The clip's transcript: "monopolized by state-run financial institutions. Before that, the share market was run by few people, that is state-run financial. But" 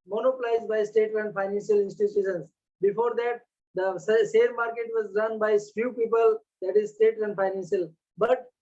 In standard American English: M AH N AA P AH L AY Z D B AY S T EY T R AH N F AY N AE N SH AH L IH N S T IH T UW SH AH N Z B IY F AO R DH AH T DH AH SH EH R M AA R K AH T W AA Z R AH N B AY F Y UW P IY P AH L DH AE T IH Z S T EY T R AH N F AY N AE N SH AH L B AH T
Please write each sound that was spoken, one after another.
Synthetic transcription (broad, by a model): M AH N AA P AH L AY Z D B AY S T EY T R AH N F AY N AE N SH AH L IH N S T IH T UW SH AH N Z B IY F AO R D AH T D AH S EH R M AA R K AH T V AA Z R AH N B AY F Y UW P IY P AH L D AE T IH Z S T EY T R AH N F AY N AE N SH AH L B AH T